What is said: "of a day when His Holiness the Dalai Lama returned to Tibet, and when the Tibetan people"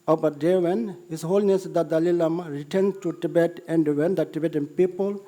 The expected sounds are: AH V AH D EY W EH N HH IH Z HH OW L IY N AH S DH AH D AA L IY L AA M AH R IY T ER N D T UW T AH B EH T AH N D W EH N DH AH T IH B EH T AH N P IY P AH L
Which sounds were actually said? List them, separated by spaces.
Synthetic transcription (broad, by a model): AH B AH D EY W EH N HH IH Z HH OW L N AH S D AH D AA L IY L AA M AH R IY T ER N T UW T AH B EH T AH N D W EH N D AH T IH B EH T AH N P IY P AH L